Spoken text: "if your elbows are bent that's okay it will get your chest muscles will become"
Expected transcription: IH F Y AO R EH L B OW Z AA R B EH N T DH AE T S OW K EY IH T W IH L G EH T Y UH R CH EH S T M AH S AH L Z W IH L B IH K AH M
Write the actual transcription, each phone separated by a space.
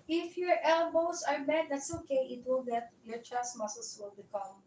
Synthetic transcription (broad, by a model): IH F Y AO R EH L B OW S AA R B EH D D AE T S OW K EY IH T W IH L G EH T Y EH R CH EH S M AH S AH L S W IH L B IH K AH M